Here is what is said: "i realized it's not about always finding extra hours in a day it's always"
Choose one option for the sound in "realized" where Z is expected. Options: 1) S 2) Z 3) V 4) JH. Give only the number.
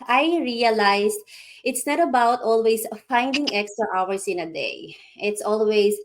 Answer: 1